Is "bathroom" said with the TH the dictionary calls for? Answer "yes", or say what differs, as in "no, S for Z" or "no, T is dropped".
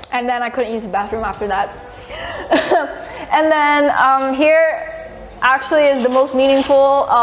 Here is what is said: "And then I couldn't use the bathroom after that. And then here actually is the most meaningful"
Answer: yes